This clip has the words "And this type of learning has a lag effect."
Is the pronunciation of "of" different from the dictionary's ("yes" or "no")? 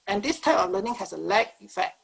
yes